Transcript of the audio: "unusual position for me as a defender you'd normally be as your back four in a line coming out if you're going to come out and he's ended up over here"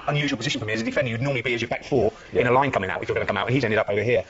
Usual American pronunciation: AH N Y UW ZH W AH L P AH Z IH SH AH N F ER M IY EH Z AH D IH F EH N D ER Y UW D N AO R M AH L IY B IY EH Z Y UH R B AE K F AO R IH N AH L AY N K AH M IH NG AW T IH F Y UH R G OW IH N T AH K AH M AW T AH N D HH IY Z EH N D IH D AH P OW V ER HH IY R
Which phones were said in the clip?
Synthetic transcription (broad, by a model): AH N Y UW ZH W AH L P AH Z IH SH AH N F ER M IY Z AH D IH F EH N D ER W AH D N AO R M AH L IY B IY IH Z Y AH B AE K F AO R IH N AH L AY N K AH M IH NG AW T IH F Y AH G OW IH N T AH K AH M AW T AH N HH IY Z EH N D IH D AH P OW V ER HH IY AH